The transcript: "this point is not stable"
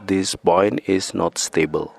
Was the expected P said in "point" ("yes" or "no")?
no